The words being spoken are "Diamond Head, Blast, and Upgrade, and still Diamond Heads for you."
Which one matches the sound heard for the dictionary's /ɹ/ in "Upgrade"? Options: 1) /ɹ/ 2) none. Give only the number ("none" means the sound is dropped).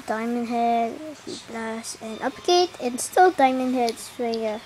2